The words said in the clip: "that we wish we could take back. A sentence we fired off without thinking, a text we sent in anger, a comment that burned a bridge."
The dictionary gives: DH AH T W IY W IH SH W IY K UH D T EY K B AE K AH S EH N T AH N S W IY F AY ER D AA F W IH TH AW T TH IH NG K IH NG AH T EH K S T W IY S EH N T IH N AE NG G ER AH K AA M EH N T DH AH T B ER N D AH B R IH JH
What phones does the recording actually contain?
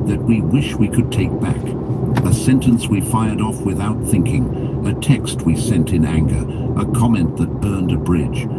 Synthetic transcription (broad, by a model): DH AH T W IY W IH SH W IY K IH D T EY K B AE K AH S EH N T AH N S W IY F AY ER D AA F W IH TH AW T TH IH NG K IH NG AH T EH K S T W IY S EH N T IH N AE NG G ER AH K AA M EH N DH AH T B ER N D AH B R IH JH